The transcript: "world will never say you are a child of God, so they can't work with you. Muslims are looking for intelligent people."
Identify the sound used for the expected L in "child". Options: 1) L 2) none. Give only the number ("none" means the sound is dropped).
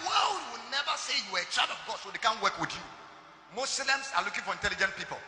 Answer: 2